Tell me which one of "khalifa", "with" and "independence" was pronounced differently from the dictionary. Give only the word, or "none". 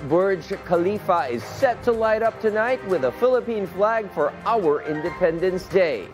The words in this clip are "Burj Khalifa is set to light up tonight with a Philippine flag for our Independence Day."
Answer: none